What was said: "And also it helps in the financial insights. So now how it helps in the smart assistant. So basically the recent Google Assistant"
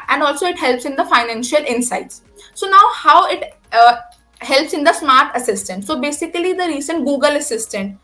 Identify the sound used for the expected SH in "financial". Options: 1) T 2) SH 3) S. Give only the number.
2